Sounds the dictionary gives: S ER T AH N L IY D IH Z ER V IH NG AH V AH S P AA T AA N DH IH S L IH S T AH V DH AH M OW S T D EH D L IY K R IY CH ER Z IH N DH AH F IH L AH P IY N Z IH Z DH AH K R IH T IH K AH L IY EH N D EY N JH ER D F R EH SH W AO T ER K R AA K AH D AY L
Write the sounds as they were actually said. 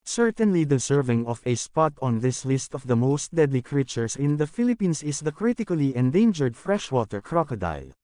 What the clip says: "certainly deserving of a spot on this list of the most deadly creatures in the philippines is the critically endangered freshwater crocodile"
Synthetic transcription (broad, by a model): S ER T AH N L IY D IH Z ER V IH NG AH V AH S P AA T AA N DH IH S L IH S T AH V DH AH M OW S T D EH D L IY K R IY CH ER S IH N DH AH F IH L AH P IY N S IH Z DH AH K R IH T IH K AH L IY EH N D EY N JH ER D F R EH SH W AO T ER K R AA K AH D AY L